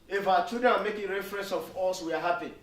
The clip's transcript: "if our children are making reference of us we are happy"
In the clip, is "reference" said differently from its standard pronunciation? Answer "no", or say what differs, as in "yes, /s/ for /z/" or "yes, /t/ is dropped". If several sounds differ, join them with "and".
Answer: no